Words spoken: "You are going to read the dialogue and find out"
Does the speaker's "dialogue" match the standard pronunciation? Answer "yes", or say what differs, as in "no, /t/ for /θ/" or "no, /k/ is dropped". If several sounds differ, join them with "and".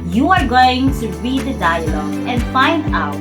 no, /ɡ/ is dropped